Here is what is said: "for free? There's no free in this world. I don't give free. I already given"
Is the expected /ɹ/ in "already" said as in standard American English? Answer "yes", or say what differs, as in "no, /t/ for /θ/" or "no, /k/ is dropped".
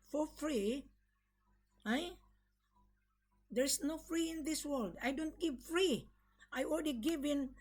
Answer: no, /l/ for /ɹ/